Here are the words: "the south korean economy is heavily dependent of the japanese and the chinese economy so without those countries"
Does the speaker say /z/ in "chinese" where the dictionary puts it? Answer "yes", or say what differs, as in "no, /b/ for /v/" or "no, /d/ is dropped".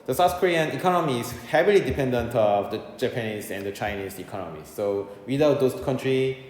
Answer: no, /s/ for /z/